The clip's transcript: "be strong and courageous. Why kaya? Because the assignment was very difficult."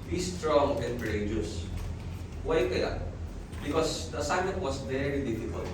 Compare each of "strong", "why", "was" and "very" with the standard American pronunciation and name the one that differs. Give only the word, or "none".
was